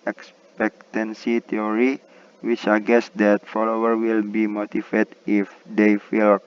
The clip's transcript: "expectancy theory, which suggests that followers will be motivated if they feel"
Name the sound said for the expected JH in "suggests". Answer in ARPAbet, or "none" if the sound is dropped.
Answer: none